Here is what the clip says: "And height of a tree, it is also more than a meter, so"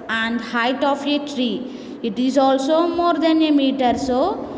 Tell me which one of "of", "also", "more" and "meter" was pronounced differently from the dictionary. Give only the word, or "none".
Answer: of